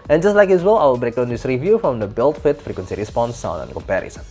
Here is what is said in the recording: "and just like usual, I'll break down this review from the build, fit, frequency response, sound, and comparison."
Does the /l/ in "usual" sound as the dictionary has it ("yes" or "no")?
no